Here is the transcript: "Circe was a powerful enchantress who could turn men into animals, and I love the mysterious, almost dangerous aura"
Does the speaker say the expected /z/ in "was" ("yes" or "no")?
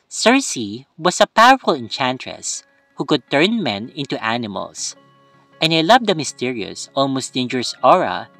no